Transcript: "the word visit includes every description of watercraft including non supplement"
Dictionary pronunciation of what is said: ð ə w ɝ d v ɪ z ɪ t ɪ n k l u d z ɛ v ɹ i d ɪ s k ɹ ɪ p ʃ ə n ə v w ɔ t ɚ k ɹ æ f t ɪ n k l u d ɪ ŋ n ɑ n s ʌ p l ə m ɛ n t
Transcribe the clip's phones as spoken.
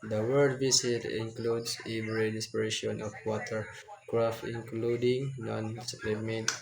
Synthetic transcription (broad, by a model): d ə w ɝ d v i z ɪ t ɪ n k l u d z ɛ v ɹ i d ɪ s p ɹ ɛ ʃ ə n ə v w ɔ t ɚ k ɹ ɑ f t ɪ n k l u d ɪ ŋ n ɑ n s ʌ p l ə m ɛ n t